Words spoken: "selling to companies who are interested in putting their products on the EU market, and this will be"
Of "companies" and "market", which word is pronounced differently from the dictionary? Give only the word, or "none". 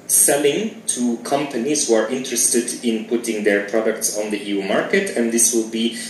none